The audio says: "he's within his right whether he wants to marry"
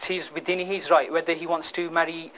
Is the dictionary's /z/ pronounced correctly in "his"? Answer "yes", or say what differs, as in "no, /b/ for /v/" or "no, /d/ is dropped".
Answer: yes